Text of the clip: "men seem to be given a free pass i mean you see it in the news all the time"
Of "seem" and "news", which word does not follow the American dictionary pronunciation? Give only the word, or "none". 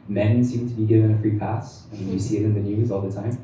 none